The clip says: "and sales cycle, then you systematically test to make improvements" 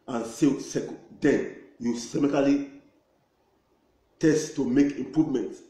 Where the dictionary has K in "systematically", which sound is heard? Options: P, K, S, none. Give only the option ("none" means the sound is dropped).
none